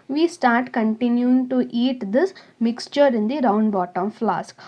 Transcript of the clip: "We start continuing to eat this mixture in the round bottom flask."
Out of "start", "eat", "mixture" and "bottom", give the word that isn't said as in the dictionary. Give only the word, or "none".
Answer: none